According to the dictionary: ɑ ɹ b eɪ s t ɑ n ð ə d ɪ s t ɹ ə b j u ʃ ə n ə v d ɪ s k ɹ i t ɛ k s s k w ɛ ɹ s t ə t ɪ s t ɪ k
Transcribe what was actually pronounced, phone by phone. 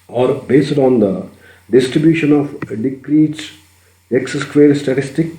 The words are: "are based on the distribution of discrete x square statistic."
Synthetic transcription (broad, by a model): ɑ ɹ b eɪ s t ɑ n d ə d ɪ s t ɹ ə b j u ʃ ə n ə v d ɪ k ɹ i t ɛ k s s k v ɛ ɹ s t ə t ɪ s t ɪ k